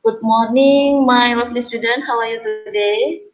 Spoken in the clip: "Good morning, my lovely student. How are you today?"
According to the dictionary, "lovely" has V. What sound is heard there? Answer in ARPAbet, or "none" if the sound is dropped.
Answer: P